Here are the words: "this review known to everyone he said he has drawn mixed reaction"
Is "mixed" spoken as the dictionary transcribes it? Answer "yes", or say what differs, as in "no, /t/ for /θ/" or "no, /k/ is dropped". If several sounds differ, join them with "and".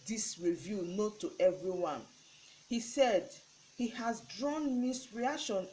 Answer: no, /k/ is dropped